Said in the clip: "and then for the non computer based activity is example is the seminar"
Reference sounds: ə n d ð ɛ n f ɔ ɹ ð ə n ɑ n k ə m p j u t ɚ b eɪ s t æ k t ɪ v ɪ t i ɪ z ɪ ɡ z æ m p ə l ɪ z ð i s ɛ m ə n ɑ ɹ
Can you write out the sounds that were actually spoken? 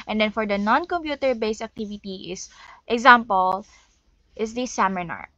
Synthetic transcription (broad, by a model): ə n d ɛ n f ɔ ɹ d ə n ɑ n k ə m p j u t ɚ b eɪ s æ k t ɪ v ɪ t i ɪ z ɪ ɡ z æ m p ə l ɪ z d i s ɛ m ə n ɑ ɹ